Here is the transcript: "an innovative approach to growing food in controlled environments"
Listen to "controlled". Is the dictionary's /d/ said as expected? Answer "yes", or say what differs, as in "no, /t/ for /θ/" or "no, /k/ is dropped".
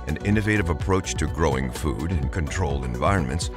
yes